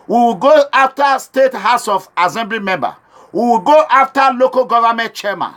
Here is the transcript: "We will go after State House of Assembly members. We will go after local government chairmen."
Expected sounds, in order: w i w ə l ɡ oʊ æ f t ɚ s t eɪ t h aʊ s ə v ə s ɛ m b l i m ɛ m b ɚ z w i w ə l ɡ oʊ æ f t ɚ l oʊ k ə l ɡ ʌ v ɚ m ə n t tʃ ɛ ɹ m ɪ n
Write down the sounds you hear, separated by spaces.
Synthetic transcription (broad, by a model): w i w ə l ɡ oʊ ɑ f t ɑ s t eɪ t h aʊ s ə f ə s ɛ m b l i m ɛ m b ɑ w i w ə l ɡ oʊ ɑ f t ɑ l oʊ k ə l ɡ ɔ v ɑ m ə n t tʃ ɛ m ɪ n